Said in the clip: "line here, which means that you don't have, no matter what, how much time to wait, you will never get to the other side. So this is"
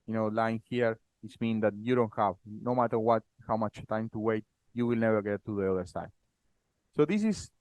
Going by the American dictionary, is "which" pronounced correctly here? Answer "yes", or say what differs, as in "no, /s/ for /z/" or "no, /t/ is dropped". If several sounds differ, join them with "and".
no, /s/ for /tʃ/